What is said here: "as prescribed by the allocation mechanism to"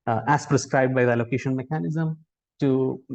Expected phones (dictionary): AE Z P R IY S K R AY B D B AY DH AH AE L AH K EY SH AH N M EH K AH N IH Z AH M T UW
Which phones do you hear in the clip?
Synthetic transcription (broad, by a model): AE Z P R IY S K R AY B D B AY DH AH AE L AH K EY SH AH N M EH K AH N IH Z AH M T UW